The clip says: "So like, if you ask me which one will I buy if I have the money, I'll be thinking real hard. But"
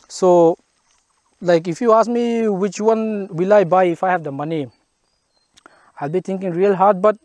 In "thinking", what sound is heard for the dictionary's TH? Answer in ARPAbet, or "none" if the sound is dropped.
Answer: T